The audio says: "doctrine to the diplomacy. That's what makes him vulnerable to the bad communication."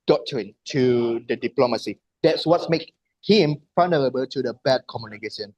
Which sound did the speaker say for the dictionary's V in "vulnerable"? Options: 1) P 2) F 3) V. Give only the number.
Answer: 2